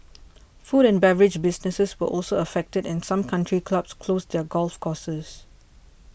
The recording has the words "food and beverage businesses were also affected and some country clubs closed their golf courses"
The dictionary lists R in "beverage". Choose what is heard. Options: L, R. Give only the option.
R